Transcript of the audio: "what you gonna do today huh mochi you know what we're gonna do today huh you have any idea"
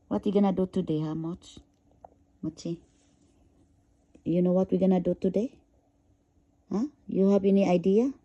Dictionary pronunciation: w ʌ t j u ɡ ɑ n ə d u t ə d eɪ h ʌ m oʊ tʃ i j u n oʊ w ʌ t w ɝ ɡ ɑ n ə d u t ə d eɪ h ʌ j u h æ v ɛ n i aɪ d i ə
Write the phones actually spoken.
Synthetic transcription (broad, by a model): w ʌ t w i ɡ ɑ n ə d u t ə d eɪ h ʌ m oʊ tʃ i j u n oʊ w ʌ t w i ɡ ɑ n ə d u t ə d eɪ h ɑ j u h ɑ b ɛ n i aɪ d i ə